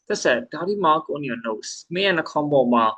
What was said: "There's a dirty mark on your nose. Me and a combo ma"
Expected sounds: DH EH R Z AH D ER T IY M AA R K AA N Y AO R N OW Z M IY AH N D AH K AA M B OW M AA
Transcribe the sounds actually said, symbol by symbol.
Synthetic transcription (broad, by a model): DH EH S AH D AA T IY M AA L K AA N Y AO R N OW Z M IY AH N AH K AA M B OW M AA